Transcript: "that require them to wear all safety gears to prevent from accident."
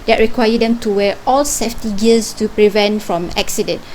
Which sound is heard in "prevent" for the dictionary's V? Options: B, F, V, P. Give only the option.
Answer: V